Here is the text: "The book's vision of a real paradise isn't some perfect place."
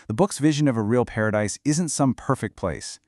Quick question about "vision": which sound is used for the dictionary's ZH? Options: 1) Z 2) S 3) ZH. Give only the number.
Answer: 3